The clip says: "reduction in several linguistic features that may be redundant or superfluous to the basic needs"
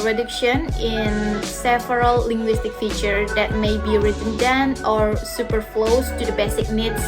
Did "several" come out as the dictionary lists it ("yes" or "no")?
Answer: no